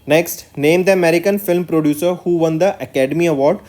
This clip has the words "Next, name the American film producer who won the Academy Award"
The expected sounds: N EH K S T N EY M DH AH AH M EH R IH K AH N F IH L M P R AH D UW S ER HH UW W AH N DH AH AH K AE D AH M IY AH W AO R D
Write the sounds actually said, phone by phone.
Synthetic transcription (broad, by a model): N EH K S T N EY M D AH AH M EH R IH K AH N F IH L M P R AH D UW S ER HH UW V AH N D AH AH K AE D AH M IY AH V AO R D